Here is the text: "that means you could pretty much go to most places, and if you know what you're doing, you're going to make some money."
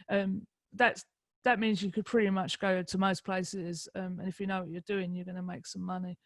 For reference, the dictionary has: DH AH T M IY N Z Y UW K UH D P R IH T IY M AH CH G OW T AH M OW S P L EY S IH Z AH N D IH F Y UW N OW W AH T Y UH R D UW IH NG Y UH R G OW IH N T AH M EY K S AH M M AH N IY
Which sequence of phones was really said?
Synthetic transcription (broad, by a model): DH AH T M IY N Z Y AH K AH D P R IH T IY M AH CH G OW T AH M OW S P L EY S IH Z AH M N IH F Y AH N OW W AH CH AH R D UW IH NG Y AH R G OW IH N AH M EY K S AH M M AH N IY